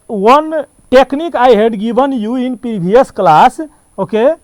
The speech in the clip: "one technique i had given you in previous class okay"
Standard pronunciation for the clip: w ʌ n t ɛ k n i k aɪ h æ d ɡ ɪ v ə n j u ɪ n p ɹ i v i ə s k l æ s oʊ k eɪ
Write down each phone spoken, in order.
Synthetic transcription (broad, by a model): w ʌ n t ɛ k n i k aɪ h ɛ d ɡ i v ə n j u ɪ n p i b i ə s k l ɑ s oʊ k eɪ